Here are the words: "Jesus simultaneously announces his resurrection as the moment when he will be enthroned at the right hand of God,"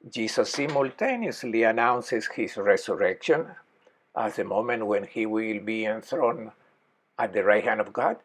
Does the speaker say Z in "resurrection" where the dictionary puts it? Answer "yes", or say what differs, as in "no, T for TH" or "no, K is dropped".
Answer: no, S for Z